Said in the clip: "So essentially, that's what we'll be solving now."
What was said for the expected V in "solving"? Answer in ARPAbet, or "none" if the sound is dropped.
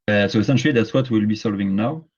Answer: V